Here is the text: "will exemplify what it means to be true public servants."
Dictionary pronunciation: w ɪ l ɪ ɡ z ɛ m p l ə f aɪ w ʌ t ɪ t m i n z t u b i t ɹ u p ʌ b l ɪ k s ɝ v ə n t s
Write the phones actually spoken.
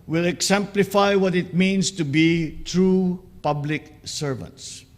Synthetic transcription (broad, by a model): w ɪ l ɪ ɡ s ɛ m p l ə f aɪ w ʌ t ɪ t m i n s t u b i t ɹ u p ʌ b l ɪ k s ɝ v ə n t s